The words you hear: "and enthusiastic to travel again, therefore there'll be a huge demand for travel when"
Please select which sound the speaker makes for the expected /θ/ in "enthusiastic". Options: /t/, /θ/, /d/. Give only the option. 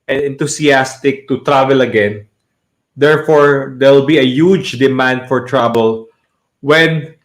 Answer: /t/